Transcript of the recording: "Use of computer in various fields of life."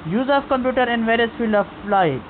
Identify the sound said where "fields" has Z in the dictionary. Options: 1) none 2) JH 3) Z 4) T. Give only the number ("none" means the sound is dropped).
1